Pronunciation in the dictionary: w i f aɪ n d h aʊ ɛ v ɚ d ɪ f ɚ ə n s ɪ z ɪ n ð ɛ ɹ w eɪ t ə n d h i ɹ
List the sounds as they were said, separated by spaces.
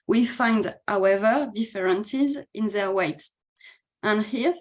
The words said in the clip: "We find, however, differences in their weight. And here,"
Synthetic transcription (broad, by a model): w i f aɪ n d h aʊ ɛ v ɚ d ɪ f ɚ ə n s ɪ z ɪ n ð ɛ ɹ w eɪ t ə n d h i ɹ